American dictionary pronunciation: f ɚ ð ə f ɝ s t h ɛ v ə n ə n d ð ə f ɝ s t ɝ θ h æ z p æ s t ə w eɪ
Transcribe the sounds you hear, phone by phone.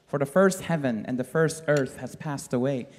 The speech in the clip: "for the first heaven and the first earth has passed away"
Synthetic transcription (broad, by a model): f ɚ ð ə f ɝ s t h ɛ v ə n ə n ð ə f ɝ s t ɝ θ h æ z p æ s t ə w eɪ